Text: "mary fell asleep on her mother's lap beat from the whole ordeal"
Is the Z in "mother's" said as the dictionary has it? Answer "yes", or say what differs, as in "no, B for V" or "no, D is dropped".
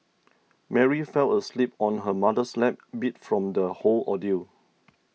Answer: no, S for Z